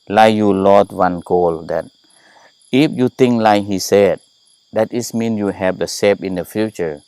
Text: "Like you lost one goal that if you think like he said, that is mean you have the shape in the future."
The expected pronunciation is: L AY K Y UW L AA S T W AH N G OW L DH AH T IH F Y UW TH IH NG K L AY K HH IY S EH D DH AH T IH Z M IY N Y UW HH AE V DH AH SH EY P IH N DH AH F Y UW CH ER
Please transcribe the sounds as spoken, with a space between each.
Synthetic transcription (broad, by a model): L AY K Y UW L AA T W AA N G OW L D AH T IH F Y UW T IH NG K L AY K HH IY S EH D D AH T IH S M IY N Y UW HH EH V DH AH S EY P IH N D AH F Y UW CH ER